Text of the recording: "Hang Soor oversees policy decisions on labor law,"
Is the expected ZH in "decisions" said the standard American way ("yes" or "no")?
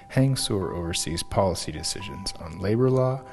yes